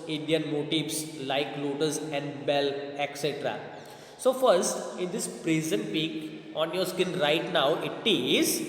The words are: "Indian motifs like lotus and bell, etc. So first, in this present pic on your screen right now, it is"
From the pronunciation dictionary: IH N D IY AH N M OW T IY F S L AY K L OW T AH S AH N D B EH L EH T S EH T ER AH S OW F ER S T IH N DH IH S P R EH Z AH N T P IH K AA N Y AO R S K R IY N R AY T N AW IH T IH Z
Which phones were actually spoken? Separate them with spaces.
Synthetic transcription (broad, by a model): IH N D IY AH N M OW T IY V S L AY K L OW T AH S AH N D B EH L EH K S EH T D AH S OW F ER S T IH N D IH S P R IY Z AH N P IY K AA N Y AO R S K IH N R AY T N AW IH T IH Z